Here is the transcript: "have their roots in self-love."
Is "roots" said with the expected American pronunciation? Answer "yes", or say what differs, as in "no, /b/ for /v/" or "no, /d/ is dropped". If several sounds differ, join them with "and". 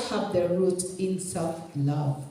no, /s/ is dropped